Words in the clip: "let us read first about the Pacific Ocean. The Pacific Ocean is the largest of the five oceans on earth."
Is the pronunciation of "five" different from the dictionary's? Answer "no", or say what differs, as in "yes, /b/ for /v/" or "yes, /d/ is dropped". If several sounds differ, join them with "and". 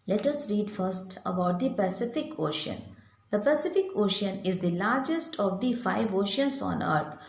no